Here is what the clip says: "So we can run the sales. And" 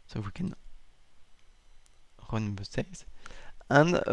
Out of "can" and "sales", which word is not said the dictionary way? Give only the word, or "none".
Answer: sales